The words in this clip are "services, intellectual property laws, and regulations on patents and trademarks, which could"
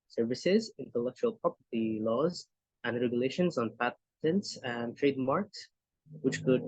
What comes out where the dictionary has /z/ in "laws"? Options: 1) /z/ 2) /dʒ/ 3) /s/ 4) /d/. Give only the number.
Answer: 1